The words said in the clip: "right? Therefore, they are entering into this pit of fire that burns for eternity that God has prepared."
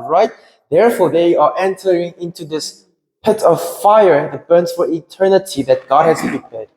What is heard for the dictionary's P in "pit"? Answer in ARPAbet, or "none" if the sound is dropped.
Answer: P